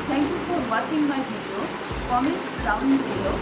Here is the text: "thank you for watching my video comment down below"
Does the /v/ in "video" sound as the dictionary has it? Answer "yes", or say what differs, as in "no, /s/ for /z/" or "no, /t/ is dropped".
no, /b/ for /v/